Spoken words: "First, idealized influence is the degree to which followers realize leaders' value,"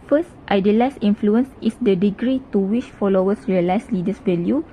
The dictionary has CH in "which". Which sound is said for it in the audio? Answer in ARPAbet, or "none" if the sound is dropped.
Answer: SH